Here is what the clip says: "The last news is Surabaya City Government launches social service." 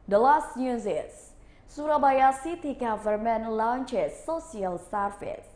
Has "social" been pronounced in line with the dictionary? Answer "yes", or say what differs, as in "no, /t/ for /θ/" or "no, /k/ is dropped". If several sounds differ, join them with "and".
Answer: no, /s/ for /ʃ/